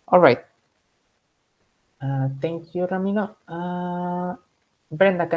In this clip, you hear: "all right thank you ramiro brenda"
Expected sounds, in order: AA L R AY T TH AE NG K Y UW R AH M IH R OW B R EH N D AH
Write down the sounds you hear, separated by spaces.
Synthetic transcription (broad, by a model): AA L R AY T T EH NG K Y UW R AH M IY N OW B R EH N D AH